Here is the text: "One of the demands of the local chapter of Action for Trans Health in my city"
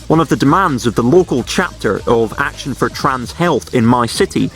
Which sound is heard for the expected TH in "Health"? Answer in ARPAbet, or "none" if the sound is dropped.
TH